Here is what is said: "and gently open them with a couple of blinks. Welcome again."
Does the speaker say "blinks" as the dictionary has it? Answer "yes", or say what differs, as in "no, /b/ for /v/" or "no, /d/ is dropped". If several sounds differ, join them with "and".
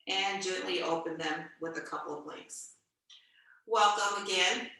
no, /ŋ/ is dropped